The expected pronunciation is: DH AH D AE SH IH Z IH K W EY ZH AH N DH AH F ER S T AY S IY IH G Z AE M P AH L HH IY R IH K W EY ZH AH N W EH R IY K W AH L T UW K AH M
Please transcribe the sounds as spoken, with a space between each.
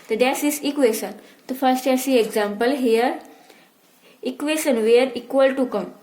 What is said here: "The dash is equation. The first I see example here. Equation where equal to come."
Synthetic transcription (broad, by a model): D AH D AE S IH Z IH K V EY SH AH N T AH F ER S T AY S IY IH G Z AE M P AH L HH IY R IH K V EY SH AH N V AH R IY K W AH L T UW K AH M